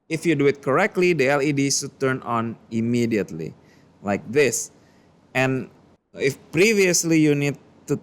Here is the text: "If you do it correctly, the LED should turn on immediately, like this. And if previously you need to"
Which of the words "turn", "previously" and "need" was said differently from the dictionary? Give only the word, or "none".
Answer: none